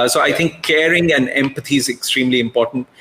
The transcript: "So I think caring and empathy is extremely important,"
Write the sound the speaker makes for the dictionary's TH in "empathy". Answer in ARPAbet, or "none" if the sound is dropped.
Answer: T